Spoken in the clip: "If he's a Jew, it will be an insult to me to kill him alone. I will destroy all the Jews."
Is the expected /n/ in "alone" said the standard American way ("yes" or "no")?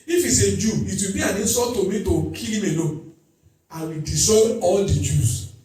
no